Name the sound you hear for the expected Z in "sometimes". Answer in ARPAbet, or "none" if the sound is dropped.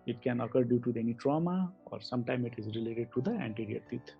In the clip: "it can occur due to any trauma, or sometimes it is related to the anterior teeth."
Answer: none